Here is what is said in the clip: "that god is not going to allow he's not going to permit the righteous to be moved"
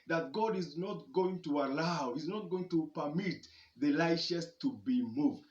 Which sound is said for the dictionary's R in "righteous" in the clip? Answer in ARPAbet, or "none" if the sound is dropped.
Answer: L